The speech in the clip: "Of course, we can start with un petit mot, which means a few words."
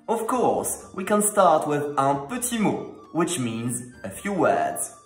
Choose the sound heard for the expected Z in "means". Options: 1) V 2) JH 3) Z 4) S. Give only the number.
3